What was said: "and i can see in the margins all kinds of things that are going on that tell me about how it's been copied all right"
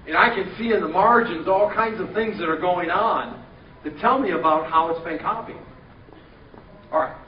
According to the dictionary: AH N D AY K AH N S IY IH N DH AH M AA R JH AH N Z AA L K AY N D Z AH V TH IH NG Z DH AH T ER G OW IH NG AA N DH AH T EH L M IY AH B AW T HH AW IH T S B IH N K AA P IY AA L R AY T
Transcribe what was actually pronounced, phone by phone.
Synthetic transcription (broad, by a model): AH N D AY K AH N S IY IH N DH AH M AA R JH AH N Z AA L K AY N D Z AH V TH IH NG Z DH AH T ER G OW IH NG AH N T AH T EH L M IY AH B AW T HH AW IH T S B IH N K AA P IY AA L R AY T